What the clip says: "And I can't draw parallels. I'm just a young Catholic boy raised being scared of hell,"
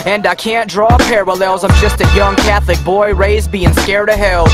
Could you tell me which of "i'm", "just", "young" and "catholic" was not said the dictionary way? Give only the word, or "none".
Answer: none